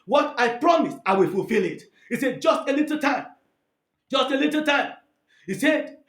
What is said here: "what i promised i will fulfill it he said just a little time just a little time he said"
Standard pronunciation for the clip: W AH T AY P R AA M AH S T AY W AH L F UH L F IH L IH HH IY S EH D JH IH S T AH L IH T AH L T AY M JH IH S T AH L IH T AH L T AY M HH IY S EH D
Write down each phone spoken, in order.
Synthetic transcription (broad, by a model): W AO T AY P R AA M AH S AY W AH L F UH L F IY L IH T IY S EH D JH IH S T AH L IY T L T AY M JH IH S T AH L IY T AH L T AY M HH IY S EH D